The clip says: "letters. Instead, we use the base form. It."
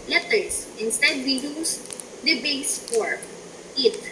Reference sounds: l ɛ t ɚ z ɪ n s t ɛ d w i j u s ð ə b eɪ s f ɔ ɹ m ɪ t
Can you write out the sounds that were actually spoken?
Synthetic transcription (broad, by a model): l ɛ t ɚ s ɪ n s t ɛ d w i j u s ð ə b eɪ s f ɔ ɹ ɪ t